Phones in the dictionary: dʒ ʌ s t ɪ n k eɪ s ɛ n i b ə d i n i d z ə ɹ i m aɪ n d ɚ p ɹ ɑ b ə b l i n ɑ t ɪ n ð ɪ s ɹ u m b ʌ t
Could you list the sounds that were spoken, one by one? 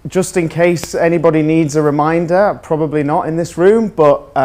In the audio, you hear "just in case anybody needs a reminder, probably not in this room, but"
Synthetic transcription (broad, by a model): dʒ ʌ s t ɪ n k eɪ s ɛ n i b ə d i n i d z ə ɹ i m aɪ n d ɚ p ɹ ɑ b ə b l i n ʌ t ɪ n ð ɪ s ɹ u m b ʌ t